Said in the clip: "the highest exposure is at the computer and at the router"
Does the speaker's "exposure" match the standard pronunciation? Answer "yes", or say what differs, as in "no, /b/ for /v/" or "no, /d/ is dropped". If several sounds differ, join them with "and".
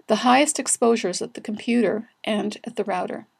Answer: yes